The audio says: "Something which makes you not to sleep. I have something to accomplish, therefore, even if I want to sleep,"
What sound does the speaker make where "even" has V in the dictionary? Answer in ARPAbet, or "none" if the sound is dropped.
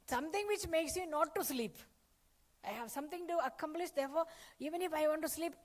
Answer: V